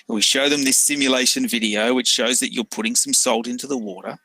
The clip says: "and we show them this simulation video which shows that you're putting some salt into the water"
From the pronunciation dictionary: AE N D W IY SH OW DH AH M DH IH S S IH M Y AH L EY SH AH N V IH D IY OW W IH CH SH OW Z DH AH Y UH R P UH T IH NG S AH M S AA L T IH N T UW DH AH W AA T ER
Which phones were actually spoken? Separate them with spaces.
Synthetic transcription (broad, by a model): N W IY SH OW DH AH M DH IH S S IH M Y AH L EY SH AH N V IH D IY OW W IH CH SH OW Z DH AH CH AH R P UH T IH NG S AH M S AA L T IH N T UW DH AH W AA T ER